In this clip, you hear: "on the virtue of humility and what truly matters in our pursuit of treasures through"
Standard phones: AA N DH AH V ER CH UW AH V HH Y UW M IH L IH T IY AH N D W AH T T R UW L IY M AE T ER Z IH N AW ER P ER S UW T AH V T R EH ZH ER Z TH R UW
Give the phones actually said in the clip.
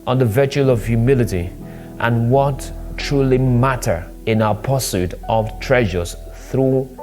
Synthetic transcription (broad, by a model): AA N DH AH V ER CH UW AH V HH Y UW M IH L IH T IY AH N W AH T T R UW L IY M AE T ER IH N AW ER P ER S UW T AH V T R EH ZH ER Z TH R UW